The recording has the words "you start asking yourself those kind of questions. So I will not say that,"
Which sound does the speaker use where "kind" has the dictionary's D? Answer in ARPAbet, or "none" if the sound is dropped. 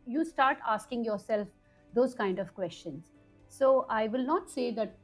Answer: D